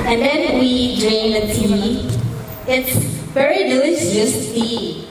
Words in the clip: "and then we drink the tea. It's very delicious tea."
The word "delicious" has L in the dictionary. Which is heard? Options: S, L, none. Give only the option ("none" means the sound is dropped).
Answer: none